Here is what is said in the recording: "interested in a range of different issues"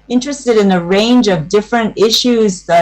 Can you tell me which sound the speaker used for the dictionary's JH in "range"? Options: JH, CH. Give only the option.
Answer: JH